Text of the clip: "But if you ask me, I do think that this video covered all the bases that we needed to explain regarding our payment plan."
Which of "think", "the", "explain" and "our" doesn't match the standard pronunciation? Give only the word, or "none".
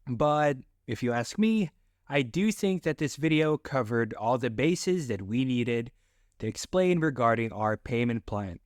none